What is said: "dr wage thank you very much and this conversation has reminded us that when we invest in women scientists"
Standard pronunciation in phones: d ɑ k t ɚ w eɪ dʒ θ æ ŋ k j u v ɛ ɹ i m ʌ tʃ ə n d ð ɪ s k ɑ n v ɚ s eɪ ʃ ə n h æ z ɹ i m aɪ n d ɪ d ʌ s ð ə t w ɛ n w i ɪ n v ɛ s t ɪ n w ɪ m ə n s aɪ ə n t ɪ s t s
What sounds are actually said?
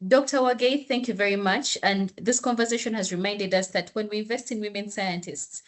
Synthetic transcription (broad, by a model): d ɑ k t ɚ w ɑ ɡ θ æ ŋ k j u v ɛ ɹ i m ʌ tʃ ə n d ð ɪ s k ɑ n v ɚ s eɪ ʃ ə n h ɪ z ɹ i m aɪ n d ɪ d ʌ s ð ə t w ɛ n w i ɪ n v ɛ s t ɪ n w ɪ m ə n s aɪ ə n t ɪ s t s